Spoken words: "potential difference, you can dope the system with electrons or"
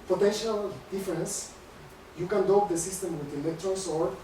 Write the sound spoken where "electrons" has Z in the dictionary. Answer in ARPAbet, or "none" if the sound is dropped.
S